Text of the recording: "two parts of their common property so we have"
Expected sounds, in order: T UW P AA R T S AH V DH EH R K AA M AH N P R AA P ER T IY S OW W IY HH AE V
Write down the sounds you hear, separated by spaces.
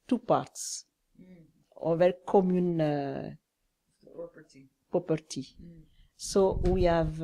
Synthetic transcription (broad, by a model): T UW P AA R T S AH V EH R K AA M AH N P AA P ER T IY S OW W IY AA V